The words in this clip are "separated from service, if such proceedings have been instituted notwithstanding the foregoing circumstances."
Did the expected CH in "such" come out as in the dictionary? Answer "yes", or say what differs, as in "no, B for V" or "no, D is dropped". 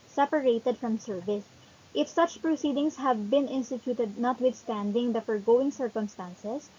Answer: yes